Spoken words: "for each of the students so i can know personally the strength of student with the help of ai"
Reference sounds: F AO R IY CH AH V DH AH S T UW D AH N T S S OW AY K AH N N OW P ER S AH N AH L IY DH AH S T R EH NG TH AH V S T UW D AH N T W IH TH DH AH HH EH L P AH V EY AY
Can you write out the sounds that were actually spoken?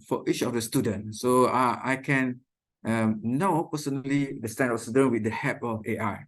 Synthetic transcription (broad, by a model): F AO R IY CH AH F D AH S T UW D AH N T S S OW AY K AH N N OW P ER S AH N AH L IY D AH S T EH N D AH F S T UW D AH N W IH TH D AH HH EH P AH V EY AY